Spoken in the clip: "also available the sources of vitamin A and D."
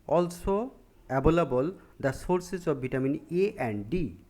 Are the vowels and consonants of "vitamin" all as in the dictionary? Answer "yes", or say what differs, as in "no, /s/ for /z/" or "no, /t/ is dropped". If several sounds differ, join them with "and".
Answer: no, /b/ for /v/